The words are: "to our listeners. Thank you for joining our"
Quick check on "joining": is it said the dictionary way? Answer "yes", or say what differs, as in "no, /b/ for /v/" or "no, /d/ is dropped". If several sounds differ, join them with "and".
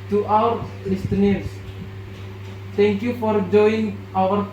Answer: no, /n/ is dropped